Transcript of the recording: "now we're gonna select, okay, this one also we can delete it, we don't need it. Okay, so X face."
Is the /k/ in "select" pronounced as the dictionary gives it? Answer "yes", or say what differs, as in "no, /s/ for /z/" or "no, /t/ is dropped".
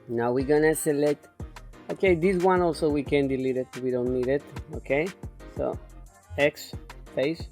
no, /k/ is dropped